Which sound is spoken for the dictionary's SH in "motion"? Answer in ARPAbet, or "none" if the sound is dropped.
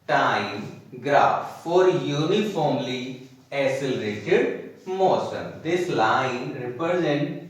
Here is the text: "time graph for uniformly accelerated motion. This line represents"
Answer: S